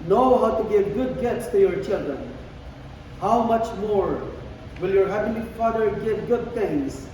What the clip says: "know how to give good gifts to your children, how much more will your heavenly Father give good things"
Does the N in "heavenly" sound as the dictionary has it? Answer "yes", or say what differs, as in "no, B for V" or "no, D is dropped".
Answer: no, N is dropped